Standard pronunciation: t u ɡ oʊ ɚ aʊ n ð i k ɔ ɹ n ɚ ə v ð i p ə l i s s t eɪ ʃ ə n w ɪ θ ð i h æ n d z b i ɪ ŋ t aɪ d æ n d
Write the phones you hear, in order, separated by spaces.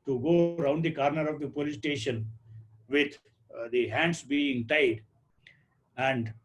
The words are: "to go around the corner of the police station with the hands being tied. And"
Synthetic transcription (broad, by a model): t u ɡ oʊ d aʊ n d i k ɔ ɹ n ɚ ə v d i p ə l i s s t eɪ ʃ ə n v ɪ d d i h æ n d s b i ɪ ŋ t aɪ d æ n d